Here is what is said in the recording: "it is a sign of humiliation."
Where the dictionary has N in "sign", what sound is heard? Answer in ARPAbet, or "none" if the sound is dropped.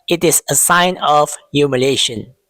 N